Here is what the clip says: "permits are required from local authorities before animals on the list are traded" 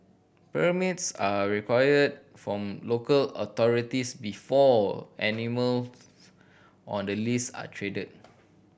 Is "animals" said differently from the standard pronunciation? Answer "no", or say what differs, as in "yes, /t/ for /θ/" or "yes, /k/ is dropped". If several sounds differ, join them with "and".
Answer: yes, /z/ is dropped